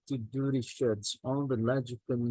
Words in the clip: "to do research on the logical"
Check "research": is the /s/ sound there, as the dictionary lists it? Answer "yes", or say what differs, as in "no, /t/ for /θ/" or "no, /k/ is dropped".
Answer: no, /ʃ/ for /s/